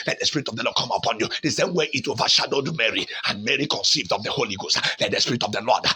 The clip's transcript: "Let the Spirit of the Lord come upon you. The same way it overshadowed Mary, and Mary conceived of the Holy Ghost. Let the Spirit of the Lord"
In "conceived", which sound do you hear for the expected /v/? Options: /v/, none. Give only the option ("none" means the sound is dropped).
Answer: /v/